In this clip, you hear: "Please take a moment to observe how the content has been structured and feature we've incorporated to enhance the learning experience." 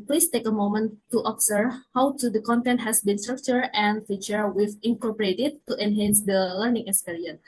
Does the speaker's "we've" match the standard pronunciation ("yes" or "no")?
no